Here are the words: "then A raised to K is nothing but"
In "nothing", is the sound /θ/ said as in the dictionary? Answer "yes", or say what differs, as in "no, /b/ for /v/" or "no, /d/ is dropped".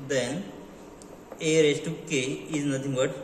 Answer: no, /t/ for /θ/